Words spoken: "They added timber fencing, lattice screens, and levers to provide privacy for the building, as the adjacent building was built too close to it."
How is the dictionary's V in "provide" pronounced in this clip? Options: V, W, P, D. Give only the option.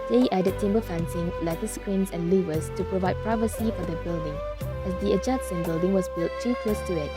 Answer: V